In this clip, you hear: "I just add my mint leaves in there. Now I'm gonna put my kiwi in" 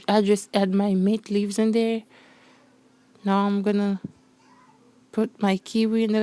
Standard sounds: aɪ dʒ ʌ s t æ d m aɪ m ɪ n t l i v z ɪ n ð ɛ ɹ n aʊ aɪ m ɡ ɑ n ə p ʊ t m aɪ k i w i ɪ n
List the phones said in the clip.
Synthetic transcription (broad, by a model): aɪ dʒ ʌ s t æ d m aɪ m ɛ t l i v z ɪ n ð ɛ ɹ n aʊ aɪ m ɡ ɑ n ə p ʊ t m aɪ k i w i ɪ n